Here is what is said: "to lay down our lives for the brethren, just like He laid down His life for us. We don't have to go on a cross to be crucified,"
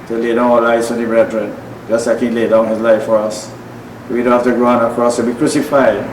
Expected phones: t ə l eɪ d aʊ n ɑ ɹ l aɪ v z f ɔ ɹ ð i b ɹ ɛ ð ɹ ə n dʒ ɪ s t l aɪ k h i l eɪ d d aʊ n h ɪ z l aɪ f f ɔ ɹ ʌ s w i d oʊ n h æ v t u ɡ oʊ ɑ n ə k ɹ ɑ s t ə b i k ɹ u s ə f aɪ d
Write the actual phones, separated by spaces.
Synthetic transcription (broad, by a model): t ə l eɪ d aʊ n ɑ l aɪ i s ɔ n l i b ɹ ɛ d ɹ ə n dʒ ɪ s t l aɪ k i l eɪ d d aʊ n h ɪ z l aɪ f f ɔ ɹ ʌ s w i d oʊ n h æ f t u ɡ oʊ ɑ n ə k ɹ ɑ s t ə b i k ɹ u s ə f aɪ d